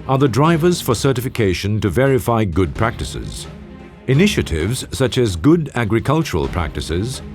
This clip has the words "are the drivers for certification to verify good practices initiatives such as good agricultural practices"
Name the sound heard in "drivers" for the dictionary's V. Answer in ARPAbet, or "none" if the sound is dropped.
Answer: V